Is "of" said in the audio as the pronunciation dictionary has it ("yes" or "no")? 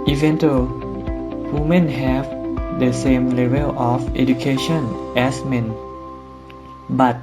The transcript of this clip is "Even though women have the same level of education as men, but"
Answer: no